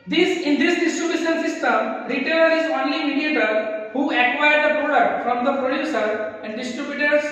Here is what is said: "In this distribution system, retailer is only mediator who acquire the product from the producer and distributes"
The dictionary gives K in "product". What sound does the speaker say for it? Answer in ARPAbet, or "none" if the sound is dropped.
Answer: none